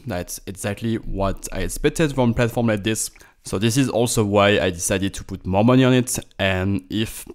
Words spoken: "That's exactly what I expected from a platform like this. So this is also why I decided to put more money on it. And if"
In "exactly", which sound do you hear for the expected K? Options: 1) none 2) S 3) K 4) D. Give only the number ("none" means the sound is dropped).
3